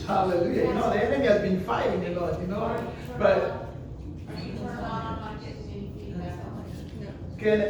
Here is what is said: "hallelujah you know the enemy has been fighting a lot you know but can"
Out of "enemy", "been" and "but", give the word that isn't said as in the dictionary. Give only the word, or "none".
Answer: enemy